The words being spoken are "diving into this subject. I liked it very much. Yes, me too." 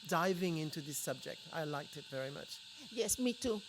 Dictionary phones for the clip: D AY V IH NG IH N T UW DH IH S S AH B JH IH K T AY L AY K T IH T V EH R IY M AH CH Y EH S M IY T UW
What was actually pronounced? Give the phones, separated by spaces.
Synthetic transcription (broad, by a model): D AY V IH NG IH N T UW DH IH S S AH B JH IH K T AY L AY K T IH T V EH R IY M AH CH Y EH S M IY T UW